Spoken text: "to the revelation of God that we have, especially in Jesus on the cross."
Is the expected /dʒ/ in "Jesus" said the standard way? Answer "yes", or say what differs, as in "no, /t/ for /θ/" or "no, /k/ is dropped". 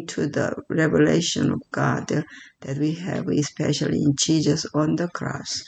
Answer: no, /tʃ/ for /dʒ/